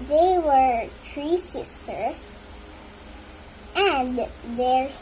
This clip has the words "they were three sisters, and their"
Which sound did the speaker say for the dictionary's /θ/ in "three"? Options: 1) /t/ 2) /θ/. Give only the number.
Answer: 1